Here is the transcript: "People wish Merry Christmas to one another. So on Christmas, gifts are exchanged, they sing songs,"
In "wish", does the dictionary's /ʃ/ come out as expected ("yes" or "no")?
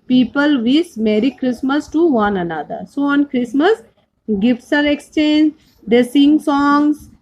no